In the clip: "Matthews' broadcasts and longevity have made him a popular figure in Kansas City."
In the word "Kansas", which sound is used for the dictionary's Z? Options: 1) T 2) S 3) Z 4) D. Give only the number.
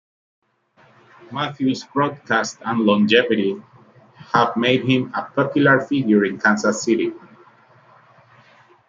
2